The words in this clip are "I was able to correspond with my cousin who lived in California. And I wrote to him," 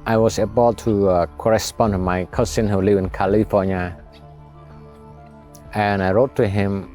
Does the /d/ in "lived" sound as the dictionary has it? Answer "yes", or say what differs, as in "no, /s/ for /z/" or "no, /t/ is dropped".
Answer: no, /d/ is dropped